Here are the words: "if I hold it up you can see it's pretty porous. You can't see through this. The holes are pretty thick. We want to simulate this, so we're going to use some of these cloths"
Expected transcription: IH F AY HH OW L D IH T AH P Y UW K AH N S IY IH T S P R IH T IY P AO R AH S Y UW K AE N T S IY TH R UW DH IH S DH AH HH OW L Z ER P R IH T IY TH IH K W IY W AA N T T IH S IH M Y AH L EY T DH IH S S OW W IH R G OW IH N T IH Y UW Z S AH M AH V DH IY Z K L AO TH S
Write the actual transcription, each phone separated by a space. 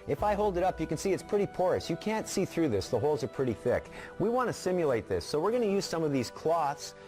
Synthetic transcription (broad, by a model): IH F AY HH OW L D IH T AH P Y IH K N S IY IH T S P R IH T IY P AO R AH S Y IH K AE N T S IY TH R UW DH IH S DH AH HH OW L Z ER P R IH T IY TH IH K W IY W AA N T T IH S IH M Y AH L EY T DH IH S S OW W IH R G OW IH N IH Y UW Z S AH M AH V DH IY Z K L AO TH S